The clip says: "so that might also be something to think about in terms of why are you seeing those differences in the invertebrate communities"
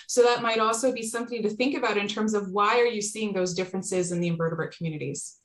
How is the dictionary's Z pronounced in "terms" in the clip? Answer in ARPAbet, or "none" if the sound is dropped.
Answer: Z